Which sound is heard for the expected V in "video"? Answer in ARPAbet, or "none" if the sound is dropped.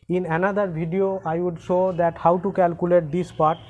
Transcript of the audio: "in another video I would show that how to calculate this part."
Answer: B